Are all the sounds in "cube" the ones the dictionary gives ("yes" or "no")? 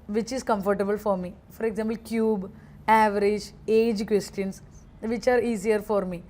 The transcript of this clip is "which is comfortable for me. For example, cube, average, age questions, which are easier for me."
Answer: yes